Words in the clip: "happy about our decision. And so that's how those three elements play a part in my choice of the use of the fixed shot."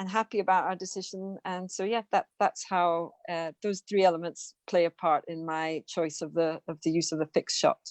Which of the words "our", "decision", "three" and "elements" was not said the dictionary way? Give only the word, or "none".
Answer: none